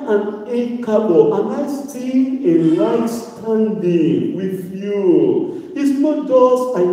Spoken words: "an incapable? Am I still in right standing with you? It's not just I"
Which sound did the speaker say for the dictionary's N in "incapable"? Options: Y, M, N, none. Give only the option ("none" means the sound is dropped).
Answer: none